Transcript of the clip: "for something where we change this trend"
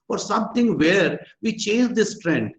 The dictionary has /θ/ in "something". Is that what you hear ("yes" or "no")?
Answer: no